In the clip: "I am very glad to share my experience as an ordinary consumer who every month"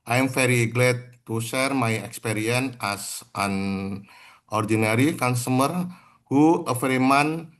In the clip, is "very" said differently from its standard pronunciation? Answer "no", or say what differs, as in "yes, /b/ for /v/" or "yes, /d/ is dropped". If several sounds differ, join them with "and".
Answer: yes, /f/ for /v/